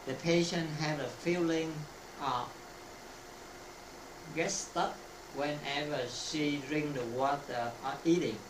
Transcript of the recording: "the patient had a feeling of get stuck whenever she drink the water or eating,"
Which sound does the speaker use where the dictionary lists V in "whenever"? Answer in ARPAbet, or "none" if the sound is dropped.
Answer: V